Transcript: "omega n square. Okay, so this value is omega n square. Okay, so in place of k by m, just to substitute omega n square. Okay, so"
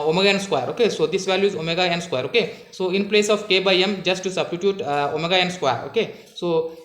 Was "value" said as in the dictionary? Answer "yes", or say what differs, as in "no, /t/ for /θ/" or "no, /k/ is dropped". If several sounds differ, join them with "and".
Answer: yes